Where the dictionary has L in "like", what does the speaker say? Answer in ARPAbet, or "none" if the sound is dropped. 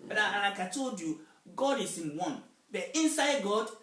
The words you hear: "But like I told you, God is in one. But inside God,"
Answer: N